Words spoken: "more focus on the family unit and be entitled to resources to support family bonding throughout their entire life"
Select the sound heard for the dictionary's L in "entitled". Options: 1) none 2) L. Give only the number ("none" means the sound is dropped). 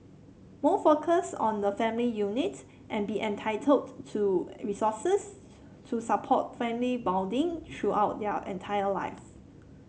2